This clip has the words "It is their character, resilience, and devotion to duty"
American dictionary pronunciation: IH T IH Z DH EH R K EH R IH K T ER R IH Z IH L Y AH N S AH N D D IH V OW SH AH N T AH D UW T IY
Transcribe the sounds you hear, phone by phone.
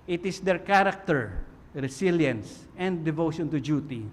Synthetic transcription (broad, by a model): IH T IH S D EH R K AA R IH K T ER R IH S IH L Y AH N S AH N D D IH V OW SH AH N T AH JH UW T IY